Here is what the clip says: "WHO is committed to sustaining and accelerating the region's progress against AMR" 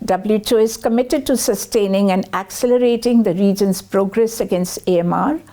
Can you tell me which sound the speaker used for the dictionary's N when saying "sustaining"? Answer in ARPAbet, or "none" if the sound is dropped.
N